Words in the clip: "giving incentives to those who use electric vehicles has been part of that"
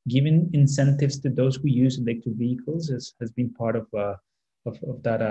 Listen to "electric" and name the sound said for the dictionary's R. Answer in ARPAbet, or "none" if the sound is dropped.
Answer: none